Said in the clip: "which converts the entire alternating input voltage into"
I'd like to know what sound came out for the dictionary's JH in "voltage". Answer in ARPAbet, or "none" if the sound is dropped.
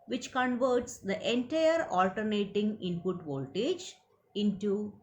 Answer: JH